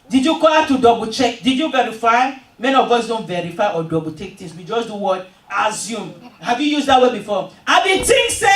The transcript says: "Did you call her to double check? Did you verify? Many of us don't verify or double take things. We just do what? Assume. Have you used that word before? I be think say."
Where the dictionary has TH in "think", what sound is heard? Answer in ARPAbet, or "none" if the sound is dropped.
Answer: T